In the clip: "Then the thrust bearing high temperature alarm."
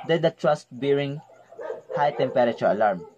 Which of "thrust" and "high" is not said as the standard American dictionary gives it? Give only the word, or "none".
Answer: thrust